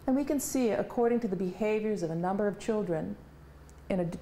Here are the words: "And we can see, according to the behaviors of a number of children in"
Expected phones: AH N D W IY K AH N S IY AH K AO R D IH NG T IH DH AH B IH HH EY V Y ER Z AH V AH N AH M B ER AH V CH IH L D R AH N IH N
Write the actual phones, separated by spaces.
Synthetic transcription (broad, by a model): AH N W IY K AH N S IY AH K AO R D IH NG T IH DH AH B IH HH EY V Y ER Z AH V AH N AH M B ER AH V CH IH L D R AH N IH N